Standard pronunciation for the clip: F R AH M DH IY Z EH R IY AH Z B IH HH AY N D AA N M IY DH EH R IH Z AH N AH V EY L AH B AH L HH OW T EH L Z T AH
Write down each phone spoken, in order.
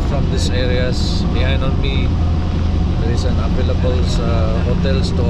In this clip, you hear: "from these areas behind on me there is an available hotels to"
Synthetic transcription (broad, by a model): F R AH M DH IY S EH R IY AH S B IH HH AY N D AA N M IY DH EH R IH S AH N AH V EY L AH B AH L HH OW T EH L S T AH